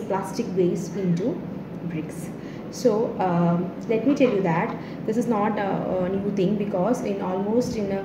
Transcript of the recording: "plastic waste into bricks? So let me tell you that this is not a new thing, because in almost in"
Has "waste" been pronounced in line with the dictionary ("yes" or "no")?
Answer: no